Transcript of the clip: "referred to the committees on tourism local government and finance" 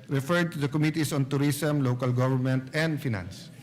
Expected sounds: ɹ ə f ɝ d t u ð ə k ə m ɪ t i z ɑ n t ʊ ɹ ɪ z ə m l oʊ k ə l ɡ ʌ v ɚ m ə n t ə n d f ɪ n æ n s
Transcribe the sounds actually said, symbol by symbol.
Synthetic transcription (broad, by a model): ɹ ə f ɝ d t u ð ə k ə m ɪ t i s ɑ n t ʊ ɹ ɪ s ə m l oʊ k ə l ɡ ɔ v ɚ m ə n t ə n d f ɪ n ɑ n s